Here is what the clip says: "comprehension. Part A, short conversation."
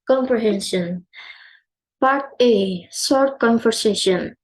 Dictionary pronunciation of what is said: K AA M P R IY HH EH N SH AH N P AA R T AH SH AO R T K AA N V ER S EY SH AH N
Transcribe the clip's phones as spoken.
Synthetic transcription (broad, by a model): K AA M P R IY HH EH N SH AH N P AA R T AH S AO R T K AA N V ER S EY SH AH N